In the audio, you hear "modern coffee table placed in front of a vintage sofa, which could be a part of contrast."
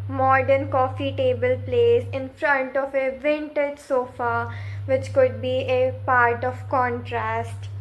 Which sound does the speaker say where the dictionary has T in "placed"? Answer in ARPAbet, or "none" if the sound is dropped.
none